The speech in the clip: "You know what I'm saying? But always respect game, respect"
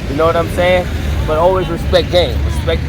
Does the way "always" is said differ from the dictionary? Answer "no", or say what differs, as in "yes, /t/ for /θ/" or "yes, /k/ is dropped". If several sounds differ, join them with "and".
no